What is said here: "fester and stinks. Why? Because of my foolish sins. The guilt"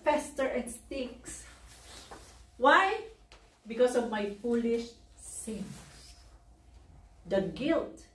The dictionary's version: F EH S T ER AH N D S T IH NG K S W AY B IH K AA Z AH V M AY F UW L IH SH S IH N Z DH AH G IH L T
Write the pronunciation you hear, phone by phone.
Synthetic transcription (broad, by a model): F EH S T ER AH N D S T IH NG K S W AY B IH K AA S AH V M AY F UW L IH SH S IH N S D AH G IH L T